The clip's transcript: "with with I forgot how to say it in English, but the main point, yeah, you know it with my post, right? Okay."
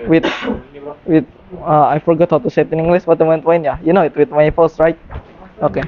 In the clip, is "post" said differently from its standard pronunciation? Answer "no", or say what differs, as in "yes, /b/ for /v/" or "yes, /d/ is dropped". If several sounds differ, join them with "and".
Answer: yes, /f/ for /p/